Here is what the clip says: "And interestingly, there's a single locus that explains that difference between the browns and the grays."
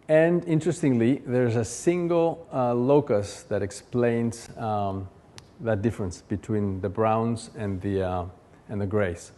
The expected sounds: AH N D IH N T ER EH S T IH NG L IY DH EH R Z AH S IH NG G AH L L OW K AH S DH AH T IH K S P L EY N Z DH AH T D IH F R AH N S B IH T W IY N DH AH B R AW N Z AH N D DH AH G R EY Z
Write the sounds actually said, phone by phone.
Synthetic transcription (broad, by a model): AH N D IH N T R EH S T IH NG L IY DH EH R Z AH S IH NG G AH L L OW K AH S DH AH T IH K S P L EY N Z DH AH T D IH F R AH N S B IH T W IY N DH AH B R AW N Z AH N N DH AH G R EY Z